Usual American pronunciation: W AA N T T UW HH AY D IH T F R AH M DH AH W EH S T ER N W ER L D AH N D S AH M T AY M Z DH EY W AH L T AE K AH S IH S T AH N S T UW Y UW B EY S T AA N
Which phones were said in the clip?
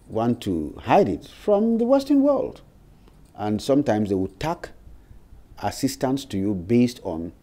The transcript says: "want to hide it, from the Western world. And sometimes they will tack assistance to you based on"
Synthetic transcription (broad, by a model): W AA N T T UW HH AY D IH T F R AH M DH AH W EH S T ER N W ER L D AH N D S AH M T AY M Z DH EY W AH T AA K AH S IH S T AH N S T UW Y UW B EY S T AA N